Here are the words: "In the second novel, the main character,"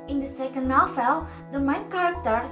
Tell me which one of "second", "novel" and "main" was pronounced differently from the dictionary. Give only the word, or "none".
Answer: novel